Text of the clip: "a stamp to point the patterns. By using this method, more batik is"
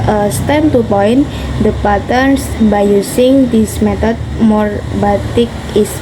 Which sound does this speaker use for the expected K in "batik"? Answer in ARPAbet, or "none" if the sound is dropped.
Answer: K